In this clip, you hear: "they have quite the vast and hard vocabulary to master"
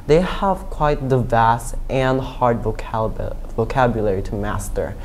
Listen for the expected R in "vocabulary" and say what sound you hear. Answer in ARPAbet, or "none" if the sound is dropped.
R